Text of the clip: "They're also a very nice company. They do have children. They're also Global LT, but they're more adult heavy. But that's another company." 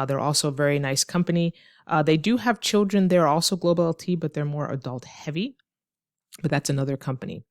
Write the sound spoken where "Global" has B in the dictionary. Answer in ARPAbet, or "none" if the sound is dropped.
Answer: none